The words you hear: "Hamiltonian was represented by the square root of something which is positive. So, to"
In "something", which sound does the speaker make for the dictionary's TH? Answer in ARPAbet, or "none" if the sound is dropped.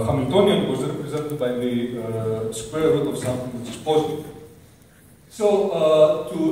T